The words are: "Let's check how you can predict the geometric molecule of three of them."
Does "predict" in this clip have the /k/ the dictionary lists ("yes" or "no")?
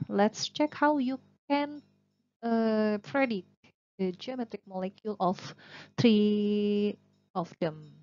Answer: no